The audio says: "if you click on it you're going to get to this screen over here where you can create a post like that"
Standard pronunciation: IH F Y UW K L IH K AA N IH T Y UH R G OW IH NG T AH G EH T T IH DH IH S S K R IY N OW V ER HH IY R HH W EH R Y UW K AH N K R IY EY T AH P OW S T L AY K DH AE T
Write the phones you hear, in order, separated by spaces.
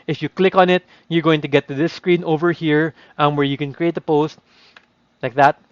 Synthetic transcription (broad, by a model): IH F Y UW K L IH K AA N IH T Y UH R G OW IH NG T AH G EH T T IH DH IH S S K R IY N OW V ER HH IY R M W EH R Y UW K AH N K R IY EY T AH P OW S T L AY K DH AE T